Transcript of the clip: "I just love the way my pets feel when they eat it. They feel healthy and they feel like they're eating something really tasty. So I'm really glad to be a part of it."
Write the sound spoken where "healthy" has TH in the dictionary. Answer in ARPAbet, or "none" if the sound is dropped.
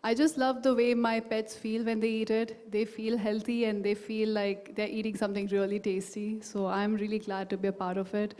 T